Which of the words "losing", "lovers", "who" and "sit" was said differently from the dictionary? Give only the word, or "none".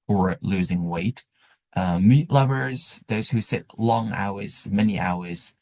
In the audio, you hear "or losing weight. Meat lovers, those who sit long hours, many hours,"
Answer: none